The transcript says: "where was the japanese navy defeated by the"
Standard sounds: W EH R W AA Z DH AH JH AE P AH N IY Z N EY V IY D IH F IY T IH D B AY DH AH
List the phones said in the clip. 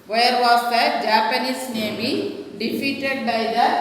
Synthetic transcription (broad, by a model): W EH R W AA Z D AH JH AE P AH N IY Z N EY B IY D IH F IY T IH D B AY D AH